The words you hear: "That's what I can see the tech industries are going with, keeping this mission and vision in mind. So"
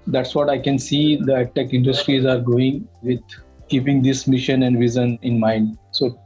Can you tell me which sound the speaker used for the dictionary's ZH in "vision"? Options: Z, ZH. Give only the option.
Z